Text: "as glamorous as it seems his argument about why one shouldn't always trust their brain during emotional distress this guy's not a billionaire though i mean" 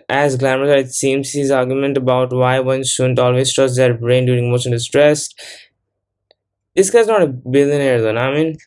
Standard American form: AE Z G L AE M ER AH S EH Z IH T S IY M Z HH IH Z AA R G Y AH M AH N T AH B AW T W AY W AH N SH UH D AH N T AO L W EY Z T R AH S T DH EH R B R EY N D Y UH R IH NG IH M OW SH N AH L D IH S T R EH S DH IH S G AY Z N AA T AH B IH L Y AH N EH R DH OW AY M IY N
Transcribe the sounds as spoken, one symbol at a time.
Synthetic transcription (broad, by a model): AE Z G L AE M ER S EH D IH T S IY M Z HH IH Z AA R G Y AH M AH N T AH B AW T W AY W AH N SH UH D AH N T AO L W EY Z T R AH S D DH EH R B R EY N D Y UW R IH NG M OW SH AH N D IH S T R EH S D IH S G AY Z N AA T AH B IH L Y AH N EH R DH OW AY M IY N